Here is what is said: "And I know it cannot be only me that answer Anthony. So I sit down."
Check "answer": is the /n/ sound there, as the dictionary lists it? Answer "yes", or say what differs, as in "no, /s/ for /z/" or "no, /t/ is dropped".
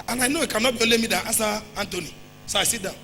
no, /n/ is dropped